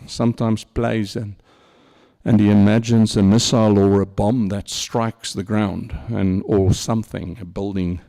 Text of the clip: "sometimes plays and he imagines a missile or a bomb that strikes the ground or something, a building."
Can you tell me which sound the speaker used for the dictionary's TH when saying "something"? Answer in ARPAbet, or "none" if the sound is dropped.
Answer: TH